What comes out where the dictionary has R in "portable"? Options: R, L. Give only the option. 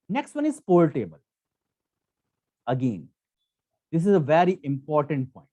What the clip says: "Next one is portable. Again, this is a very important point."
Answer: L